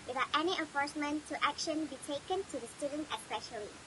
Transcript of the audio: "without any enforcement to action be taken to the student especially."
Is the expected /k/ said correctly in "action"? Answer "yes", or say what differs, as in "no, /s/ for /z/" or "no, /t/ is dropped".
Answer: yes